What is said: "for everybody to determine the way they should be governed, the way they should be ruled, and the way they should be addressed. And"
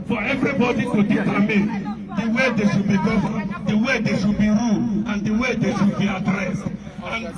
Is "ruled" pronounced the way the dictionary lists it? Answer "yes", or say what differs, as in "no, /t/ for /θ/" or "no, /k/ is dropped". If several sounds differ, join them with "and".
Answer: no, /d/ is dropped